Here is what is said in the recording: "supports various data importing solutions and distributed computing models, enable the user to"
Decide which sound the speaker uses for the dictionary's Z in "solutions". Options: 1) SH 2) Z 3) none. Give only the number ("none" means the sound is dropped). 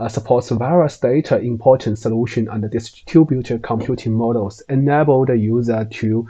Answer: 3